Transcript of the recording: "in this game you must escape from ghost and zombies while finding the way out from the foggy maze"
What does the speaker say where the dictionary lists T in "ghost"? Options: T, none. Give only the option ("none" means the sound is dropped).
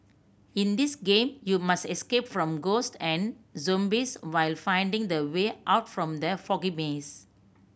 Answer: T